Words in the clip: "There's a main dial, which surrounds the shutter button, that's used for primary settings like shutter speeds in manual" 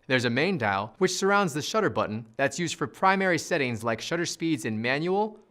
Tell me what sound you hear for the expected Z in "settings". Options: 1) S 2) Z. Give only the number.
2